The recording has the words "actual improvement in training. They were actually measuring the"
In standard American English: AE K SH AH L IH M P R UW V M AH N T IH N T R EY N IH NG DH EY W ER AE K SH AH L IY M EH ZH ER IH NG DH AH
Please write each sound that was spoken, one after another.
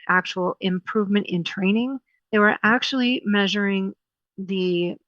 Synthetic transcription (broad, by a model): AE K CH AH L IH M P R UW V M AH N T IH N T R EY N IH NG DH EY W ER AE K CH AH L IY M EH ZH ER IH NG DH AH